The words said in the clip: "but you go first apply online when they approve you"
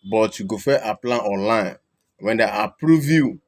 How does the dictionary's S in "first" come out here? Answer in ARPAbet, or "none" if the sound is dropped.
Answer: none